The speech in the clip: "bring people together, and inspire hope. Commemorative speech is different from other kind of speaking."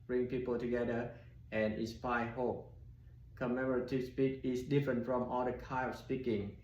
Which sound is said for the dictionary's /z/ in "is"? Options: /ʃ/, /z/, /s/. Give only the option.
/s/